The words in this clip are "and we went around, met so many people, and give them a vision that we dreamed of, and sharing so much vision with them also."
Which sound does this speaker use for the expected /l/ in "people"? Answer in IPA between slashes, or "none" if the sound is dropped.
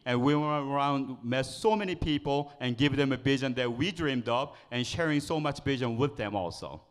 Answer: /l/